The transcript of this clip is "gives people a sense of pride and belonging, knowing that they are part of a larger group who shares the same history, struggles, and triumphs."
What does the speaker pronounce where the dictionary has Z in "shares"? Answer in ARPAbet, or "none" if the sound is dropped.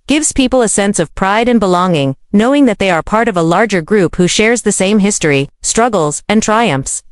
Z